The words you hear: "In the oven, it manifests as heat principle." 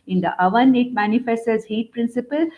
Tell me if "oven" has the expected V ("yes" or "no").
yes